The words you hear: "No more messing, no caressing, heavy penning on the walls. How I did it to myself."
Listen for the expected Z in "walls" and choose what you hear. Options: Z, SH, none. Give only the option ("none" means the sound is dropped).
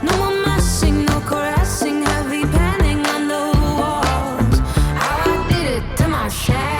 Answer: none